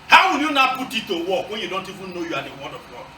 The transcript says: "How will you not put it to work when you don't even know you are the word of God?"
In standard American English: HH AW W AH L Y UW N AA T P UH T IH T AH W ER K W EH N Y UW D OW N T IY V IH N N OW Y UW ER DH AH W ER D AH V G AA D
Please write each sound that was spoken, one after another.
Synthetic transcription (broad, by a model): HH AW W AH N Y UW N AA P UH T IH T AH W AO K W EH N Y UW D OW N T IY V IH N N OW Y UW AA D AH W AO D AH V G AA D